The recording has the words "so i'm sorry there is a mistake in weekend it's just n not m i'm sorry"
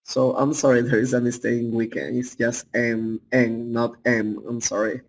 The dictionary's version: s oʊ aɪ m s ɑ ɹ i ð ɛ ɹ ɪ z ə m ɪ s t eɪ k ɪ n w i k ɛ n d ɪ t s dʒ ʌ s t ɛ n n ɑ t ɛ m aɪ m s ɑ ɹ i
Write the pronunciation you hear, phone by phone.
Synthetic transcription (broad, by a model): s oʊ aɪ m s ɑ ɹ i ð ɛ ɹ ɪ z ə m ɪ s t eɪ ɪ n w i k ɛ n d ɪ t s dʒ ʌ s t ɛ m n ɑ t ɛ m aɪ m s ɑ ɹ i